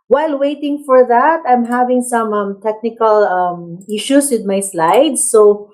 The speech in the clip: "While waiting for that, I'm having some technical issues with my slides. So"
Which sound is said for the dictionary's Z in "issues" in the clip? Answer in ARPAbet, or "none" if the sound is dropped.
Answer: S